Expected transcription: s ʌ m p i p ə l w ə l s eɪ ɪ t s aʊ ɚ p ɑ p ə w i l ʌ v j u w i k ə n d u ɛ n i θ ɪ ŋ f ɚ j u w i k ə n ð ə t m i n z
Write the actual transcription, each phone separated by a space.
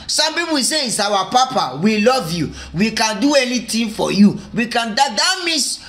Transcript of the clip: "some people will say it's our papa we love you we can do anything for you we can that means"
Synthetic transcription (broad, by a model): s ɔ m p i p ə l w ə s eɪ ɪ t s aʊ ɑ p ɑ p ə w i l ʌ v j u w i k ə n d u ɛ n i t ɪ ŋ f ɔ j u w i k ə n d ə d m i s